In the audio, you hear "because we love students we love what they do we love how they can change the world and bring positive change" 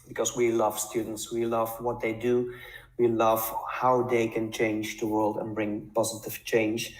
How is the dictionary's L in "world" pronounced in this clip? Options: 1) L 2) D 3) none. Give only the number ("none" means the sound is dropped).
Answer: 1